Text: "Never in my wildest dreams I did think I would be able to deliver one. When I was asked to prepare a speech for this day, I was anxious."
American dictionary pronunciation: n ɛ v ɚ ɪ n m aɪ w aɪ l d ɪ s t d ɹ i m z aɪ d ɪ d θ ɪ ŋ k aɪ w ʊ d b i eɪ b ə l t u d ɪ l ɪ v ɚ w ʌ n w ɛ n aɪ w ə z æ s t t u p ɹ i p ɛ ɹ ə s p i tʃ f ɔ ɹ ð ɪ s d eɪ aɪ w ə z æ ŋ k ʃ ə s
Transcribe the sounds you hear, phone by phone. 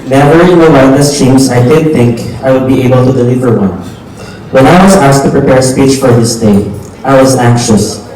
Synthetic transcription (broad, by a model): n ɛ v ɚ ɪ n m aɪ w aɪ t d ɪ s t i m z aɪ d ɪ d θ ɪ ŋ k aɪ w ʊ d b i eɪ b ə l t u d ɪ l ɪ v ɚ w ʌ n w ɛ n aɪ w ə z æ s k t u p ɹ i p ɛ ɹ s p i tʃ f ɔ ɹ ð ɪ s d eɪ aɪ w ə z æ ŋ k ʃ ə s